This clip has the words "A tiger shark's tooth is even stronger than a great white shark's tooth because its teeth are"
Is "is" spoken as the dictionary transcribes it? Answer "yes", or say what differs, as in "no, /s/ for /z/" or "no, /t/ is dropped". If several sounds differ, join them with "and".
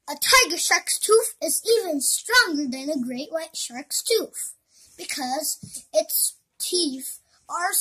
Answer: yes